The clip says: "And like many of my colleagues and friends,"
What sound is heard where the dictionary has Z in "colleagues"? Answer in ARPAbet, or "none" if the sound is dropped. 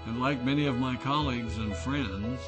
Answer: Z